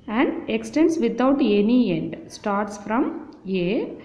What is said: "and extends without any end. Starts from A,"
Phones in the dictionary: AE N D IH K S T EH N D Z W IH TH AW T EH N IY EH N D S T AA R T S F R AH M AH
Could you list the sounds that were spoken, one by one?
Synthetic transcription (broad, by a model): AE N D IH K S T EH N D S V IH T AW T EH N IY EH N D S T AA R T S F R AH M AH